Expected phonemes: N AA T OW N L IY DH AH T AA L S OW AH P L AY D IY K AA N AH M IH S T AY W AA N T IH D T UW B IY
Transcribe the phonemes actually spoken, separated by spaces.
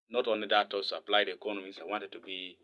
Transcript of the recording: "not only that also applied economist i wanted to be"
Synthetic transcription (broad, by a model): N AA T OW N L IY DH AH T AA S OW AH P L AY D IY K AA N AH M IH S AY W AA N T IH D T UW B IY